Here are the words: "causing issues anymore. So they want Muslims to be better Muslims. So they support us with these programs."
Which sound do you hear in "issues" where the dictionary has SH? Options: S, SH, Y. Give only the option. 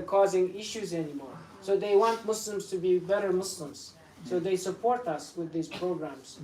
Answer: SH